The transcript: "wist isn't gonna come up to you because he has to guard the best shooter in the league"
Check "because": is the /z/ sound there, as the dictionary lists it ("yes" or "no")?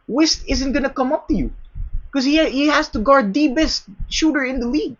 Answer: no